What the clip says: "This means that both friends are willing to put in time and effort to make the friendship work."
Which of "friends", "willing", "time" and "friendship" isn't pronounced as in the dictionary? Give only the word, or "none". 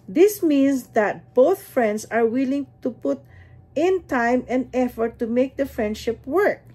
friends